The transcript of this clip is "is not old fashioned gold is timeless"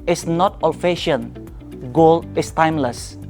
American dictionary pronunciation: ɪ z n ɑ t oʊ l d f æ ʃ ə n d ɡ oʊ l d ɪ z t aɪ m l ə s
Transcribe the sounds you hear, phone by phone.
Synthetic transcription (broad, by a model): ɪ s n ɑ t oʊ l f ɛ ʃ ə n ɡ oʊ l ɪ s t aɪ m l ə s